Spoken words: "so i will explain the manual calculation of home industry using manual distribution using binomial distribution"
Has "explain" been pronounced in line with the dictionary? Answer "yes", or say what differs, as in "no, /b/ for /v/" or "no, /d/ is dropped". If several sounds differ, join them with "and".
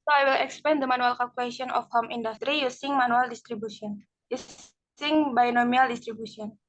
no, /l/ is dropped